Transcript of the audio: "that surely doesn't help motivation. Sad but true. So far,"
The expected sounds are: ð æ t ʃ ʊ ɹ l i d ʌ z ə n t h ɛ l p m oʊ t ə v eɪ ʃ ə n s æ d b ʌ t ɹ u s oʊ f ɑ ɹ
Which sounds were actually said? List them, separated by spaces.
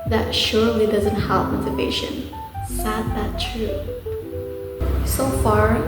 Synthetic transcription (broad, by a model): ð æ t ʃ ʊ ɹ l i d ʌ z ə n t h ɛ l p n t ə p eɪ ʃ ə n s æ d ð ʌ t ɹ u s oʊ f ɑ ɹ